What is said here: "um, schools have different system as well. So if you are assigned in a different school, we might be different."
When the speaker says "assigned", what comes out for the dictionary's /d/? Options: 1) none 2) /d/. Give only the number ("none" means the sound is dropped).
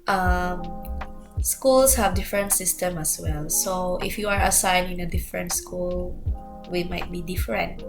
1